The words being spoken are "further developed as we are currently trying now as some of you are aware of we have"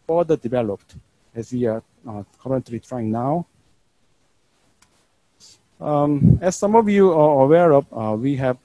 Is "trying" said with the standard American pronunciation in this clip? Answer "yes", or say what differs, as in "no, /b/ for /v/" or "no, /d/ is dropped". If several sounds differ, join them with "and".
yes